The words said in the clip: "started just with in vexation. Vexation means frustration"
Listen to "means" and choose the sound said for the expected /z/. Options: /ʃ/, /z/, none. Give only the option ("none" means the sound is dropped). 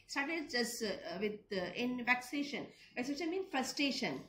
none